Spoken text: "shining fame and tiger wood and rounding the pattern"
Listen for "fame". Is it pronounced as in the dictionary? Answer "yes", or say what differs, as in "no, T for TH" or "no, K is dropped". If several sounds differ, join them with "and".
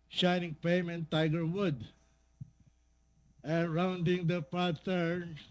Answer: no, P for F